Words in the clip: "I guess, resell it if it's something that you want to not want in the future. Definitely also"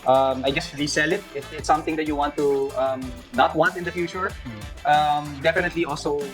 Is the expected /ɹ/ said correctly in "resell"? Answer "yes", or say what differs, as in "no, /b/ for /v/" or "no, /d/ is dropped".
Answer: no, /l/ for /ɹ/